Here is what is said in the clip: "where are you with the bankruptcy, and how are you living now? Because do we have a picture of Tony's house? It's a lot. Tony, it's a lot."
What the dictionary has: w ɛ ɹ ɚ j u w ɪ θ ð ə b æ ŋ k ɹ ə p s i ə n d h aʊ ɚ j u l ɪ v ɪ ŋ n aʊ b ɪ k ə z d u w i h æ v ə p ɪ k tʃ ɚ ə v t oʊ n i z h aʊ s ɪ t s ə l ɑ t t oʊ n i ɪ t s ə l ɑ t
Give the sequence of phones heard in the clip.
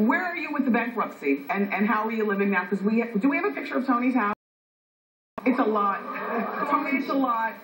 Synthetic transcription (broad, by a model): w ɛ ɹ ɚ j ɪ w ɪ ð ə b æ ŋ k ɹ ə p s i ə n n h aʊ ɚ j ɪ l ɪ v ɪ ŋ n aʊ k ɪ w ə d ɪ w i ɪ v ə p ɪ k tʃ ɚ ə v t oʊ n i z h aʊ ɪ t s ə l ɑ t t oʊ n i ɪ t s ə l ɑ t